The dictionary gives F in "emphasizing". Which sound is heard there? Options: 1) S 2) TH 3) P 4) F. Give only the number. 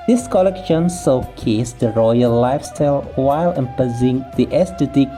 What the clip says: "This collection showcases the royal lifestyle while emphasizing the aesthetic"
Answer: 3